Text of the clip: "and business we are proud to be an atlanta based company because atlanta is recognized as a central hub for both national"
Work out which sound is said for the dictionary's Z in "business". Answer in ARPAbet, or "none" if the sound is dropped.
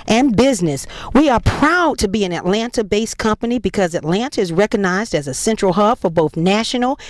Z